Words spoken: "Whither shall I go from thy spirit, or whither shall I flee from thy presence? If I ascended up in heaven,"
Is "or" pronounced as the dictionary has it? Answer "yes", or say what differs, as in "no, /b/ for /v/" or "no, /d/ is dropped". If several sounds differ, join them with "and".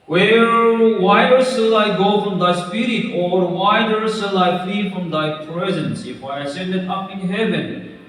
yes